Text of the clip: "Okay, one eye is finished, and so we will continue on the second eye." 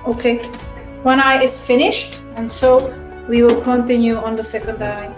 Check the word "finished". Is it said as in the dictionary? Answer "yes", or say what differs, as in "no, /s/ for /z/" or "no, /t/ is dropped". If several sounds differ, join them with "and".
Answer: yes